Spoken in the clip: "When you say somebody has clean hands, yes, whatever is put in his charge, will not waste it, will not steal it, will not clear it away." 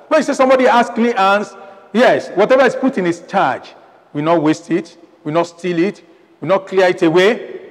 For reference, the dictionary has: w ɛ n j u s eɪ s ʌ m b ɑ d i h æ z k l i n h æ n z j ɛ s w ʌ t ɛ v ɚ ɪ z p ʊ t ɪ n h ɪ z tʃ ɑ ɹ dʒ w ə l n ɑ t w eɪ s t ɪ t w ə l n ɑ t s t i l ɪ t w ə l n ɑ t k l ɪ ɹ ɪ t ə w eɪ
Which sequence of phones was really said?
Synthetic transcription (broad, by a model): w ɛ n j u s eɪ s ʌ m b ɑ d i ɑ s k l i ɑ n s j ɛ s w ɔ t ɛ v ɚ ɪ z p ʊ t ɪ n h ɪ s tʃ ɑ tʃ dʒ w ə n ɑ t w eɪ s t ɪ t w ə n ɑ t s t i l ɪ t w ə n ɑ t k l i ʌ ɪ t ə w eɪ